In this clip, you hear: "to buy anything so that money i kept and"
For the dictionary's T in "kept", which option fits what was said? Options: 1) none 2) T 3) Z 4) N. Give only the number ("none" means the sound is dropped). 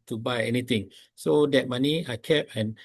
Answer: 1